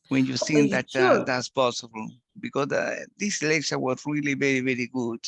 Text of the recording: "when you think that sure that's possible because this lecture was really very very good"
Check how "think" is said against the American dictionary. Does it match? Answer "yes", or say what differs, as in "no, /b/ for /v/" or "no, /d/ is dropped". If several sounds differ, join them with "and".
no, /s/ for /θ/